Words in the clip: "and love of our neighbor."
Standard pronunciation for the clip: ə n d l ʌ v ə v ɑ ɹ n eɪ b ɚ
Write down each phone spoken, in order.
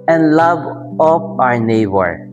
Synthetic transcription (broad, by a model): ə n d l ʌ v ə p ɑ ɹ n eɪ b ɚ